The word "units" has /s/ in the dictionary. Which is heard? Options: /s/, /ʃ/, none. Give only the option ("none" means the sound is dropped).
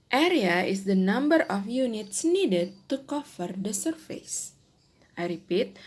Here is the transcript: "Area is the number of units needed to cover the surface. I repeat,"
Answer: /s/